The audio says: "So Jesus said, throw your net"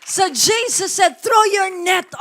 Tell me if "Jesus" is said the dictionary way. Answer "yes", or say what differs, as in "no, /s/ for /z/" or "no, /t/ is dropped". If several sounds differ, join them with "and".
no, /s/ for /z/